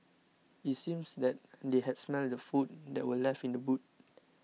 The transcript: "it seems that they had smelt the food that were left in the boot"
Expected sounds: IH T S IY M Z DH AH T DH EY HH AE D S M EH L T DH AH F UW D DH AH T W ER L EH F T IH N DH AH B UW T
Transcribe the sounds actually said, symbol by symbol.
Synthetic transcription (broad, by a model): IH T S IY M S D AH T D EY HH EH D S M EH L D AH F UW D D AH T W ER L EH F IH N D AH B UW T